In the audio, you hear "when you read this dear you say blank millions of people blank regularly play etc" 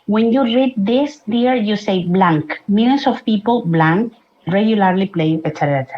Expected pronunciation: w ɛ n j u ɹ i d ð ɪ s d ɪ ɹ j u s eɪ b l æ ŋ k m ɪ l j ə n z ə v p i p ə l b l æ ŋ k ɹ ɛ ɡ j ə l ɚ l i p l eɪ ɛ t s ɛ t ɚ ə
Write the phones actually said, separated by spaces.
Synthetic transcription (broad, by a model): w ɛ n j u ɹ i d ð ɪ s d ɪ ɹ j u s eɪ b l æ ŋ k m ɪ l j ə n s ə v p i p ə l b l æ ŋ k ɹ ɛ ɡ j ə l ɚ l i p l eɪ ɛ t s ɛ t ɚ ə